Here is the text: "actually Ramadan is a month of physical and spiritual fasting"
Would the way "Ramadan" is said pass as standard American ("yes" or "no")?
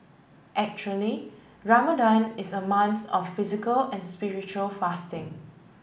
yes